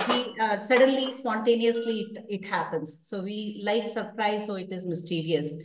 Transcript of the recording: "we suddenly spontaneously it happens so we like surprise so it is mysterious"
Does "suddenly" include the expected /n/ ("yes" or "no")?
yes